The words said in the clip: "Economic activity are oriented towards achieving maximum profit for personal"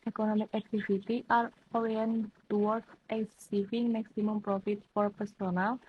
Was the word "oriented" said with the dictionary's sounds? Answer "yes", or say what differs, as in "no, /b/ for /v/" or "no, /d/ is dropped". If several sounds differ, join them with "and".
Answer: no, /w/ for /ɹ/